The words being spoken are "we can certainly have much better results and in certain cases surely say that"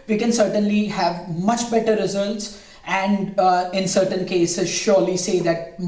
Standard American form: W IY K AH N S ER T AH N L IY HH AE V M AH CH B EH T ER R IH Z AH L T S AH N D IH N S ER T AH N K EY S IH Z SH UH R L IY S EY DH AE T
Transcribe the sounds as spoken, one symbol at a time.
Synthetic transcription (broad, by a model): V IY K AH N S ER T AH N L IY HH AE V M AH CH B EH T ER R IH Z AH L T S AH N D IH N S ER T AH N K EY S IH Z SH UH R L IY S EY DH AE T